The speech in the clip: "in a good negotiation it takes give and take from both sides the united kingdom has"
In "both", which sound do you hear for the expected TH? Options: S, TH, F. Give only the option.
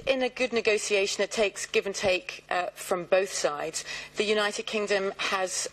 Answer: TH